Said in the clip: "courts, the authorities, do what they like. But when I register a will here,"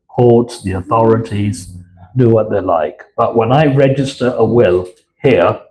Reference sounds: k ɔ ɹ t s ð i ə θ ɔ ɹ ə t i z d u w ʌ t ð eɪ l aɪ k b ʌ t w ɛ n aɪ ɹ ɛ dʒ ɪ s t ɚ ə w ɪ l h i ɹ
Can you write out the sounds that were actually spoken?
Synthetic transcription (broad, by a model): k ɔ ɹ t s ð i ə θ ɔ ɹ ə t i z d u w ʌ t ð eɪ l aɪ k b ʌ t w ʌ n aɪ ɹ ɛ dʒ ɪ s t ɚ ə w ɪ l h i ɹ